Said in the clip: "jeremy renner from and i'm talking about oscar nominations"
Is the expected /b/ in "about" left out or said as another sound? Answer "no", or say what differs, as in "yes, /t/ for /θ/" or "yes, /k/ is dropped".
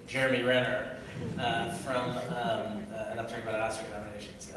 yes, /b/ is dropped